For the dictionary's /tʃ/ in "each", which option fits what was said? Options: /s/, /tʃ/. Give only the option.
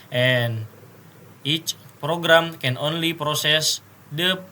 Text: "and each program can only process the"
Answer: /tʃ/